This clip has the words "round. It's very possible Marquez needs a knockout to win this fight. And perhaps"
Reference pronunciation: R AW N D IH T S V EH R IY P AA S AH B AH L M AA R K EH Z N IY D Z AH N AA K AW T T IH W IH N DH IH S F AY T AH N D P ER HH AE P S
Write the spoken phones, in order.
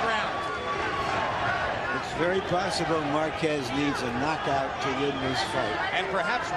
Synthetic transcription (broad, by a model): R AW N IH T S V EH R IY P AA S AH B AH L M AA R K EH Z N IY D Z AH N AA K AW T T IH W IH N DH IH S F AY T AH N P ER HH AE P S